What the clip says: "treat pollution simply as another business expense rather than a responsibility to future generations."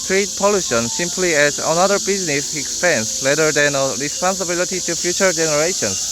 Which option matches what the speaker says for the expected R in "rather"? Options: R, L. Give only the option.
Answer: L